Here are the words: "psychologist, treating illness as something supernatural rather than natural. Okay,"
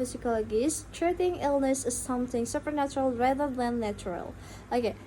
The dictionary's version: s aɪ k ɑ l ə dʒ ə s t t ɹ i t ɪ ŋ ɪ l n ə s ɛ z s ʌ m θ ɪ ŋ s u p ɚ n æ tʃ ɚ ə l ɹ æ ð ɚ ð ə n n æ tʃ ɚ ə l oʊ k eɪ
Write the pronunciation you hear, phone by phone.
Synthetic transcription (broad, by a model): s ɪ k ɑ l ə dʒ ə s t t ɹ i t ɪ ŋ ɪ l n ə s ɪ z s ʌ m θ ɪ ŋ s u p ɚ n æ tʃ ɚ ə l ɹ æ ð ɚ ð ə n n æ tʃ ɚ ə l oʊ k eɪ